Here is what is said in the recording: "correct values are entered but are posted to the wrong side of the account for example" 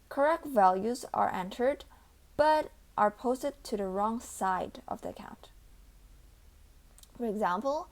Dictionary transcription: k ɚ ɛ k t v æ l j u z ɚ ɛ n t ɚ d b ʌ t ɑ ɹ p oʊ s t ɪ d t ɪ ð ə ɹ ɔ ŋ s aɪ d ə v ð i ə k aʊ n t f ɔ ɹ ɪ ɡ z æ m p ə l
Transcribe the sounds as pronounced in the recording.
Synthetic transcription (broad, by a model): k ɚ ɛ k t v æ l j u z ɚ ɛ n t ɚ d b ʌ t ɑ ɹ p oʊ s t ɪ d t ɪ ð ə ɹ ɔ ŋ s aɪ d ə v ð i ə k aʊ n t f ɔ ɹ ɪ ɡ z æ m p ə l